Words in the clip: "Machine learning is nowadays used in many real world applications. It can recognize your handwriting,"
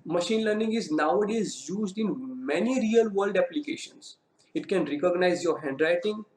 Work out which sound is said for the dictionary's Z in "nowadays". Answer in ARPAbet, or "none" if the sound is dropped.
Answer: Z